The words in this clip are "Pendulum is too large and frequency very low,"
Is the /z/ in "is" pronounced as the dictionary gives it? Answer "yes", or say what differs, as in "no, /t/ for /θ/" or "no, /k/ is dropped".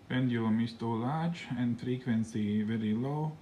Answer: no, /s/ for /z/